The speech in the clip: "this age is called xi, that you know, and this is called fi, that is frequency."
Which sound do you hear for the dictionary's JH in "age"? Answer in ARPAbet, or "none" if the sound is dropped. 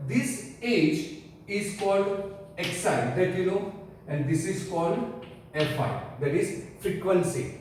JH